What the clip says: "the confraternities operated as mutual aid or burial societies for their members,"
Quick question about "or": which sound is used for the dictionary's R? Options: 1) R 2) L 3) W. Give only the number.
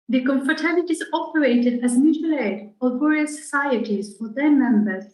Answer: 2